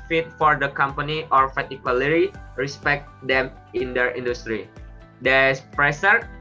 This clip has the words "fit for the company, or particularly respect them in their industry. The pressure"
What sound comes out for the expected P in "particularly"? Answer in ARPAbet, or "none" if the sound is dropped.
F